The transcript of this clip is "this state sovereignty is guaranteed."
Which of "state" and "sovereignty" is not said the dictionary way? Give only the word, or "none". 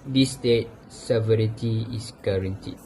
sovereignty